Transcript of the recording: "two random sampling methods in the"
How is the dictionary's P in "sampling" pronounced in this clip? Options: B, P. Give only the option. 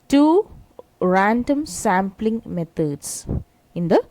P